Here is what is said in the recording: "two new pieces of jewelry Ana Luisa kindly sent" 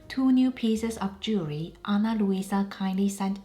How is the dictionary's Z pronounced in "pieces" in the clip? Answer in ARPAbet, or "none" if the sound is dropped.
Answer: S